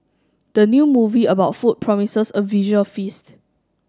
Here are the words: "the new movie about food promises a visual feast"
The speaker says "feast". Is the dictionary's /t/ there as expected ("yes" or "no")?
yes